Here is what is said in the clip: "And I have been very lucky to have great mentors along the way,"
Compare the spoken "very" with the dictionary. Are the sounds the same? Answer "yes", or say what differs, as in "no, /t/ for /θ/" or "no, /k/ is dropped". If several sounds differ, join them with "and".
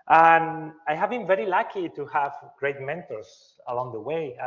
yes